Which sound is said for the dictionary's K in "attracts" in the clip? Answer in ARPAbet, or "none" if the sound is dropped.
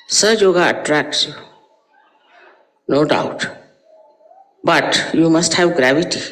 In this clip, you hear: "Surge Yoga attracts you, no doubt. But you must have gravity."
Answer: K